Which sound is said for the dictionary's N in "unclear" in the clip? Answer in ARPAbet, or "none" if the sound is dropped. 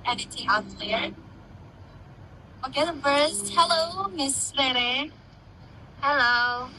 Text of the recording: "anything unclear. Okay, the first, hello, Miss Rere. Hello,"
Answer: none